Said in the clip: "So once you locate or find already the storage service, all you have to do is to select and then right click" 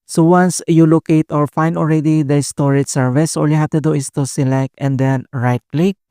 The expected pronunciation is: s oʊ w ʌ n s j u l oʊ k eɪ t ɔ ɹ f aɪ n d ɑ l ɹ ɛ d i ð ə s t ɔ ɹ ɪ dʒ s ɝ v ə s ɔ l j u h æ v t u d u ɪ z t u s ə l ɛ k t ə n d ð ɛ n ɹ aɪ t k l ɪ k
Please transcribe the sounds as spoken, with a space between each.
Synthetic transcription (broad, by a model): s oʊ w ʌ n s j u l oʊ k eɪ t ɔ ɹ f aɪ n d ɑ l ɹ ɛ d i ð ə s t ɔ ɹ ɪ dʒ s ɝ v ə s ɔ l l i h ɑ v t u d u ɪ s t u s ə l ɛ k t ə n d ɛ n ɹ aɪ t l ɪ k